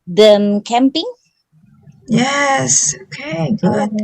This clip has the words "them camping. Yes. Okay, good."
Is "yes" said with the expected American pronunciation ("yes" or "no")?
yes